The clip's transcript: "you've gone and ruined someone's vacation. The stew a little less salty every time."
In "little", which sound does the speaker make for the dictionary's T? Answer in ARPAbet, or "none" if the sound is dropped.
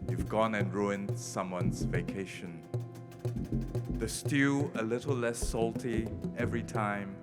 T